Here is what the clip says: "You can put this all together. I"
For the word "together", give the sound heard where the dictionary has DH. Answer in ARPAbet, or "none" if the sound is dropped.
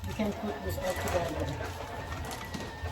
none